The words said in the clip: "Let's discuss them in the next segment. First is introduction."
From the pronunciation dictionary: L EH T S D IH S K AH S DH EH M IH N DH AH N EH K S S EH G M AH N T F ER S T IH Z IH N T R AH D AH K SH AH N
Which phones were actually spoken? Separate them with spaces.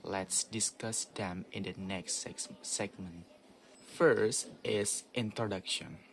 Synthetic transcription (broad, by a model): L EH T S D IH S K AH S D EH M IH N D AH N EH K S S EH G M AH N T F ER S T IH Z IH N T R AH D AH K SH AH N